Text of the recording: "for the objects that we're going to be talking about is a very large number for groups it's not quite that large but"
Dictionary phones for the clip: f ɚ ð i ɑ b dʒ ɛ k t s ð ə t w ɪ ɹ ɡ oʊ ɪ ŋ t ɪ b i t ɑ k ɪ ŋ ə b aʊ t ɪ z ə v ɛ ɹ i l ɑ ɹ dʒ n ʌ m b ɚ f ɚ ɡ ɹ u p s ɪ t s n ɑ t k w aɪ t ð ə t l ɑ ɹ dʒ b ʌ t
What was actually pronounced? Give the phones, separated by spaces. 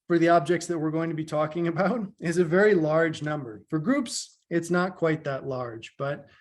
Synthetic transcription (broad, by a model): f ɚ ð i ɑ b dʒ ɛ k t s ð ə t w ɪ ɹ ɡ oʊ ɪ ŋ t ɪ b i t ɑ k ɪ ŋ ə b aʊ t ɪ z ə v ɛ ɹ i l ɑ ɹ dʒ n ʌ m b ɚ f ɚ ɡ ɹ u p s ɪ t s n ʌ t k w aɪ t ð ə t l ɑ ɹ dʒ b ʌ t